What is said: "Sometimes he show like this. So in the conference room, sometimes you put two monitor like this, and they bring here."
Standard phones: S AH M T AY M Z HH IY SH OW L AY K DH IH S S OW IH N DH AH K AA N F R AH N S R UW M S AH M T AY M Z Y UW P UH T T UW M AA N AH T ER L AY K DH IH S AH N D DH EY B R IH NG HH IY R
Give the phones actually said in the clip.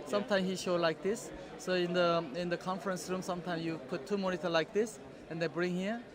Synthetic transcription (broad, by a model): S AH M T AY M HH IY SH OW L AY K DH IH S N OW IH N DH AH K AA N F R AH N S R UW M S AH M T AY M S Y UW P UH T T UW M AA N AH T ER L AY K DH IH S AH N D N B R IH NG HH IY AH